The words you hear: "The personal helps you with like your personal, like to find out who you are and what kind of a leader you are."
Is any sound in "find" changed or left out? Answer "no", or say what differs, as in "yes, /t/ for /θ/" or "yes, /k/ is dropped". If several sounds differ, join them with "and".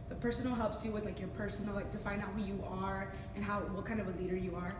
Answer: yes, /d/ is dropped